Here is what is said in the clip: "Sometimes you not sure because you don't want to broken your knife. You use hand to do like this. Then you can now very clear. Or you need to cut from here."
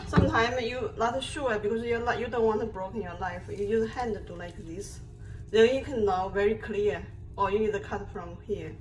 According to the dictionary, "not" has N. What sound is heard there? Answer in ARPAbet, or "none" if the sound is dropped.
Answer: L